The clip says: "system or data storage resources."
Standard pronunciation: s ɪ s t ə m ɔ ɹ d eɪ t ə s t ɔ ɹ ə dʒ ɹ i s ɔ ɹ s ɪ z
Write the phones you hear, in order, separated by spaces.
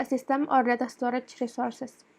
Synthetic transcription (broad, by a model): s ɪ s t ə m ɔ ɹ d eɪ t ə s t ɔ ɹ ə tʃ ɹ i s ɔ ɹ s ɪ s